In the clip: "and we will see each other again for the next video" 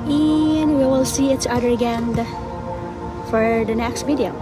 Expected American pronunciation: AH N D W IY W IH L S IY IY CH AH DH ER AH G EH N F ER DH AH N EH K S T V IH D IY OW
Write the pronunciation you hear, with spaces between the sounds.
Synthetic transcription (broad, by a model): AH N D W IY W IH L S IY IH S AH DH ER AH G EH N F ER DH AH N EH K S T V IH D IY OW